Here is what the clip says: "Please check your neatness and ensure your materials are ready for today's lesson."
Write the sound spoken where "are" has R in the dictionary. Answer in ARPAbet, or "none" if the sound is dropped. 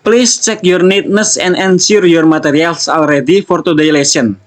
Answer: L